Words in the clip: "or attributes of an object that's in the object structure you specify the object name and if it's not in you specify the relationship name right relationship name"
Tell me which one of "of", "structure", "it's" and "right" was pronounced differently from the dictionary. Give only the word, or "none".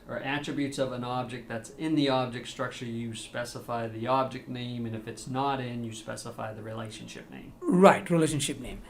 none